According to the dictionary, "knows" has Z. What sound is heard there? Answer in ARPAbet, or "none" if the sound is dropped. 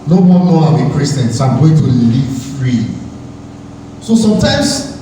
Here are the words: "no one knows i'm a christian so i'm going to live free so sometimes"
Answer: none